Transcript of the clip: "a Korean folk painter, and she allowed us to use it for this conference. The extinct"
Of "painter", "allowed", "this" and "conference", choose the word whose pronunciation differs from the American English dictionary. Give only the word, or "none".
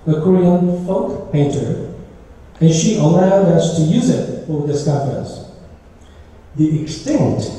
conference